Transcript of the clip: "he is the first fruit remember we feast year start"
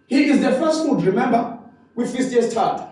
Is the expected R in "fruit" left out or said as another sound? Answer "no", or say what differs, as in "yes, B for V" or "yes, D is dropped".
yes, R is dropped